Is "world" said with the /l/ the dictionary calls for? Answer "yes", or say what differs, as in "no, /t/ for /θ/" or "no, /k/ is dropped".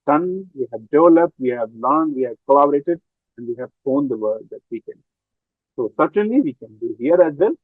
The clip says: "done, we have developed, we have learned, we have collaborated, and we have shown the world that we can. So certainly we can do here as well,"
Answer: no, /l/ is dropped